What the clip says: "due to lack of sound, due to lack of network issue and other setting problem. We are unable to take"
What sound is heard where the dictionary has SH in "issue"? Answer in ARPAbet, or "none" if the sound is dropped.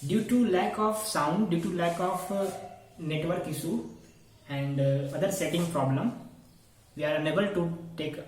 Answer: S